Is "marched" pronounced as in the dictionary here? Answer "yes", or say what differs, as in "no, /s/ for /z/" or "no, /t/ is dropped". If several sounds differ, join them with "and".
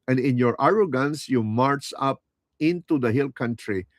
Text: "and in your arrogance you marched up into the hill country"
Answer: no, /t/ is dropped